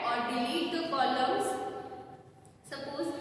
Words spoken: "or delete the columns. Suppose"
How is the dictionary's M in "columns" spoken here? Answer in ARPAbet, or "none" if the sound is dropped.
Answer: none